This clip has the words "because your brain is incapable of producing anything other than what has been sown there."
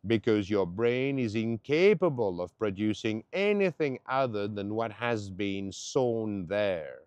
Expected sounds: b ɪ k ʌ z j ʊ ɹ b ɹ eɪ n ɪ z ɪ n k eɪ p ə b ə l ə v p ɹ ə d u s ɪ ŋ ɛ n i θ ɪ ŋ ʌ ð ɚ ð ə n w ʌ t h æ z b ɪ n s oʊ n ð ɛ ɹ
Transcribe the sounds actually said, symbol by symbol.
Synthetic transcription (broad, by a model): b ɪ k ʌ z j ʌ ɹ b ɹ eɪ n ɪ z ɪ n k eɪ p ə b ə l ə v p ɹ ə d u s ɪ ŋ ɛ n i θ ɪ ŋ ʌ ð ɚ ð ə n w ʌ t h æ z b ɪ n s oʊ n ð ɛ ɹ